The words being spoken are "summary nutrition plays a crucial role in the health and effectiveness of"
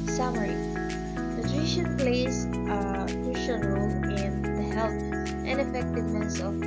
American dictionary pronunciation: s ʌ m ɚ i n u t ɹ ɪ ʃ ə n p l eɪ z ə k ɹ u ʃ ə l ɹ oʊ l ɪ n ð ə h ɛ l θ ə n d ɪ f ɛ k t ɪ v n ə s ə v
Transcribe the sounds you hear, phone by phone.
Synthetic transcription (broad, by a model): s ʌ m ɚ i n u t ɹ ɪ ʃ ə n p l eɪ ə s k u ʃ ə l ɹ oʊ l ɪ n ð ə h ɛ l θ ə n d ɪ f ɛ k t ɪ v n ə s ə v